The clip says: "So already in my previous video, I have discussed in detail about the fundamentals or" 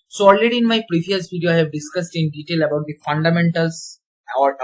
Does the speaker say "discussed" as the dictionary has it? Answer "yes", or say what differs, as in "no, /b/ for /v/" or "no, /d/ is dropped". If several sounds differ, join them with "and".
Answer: yes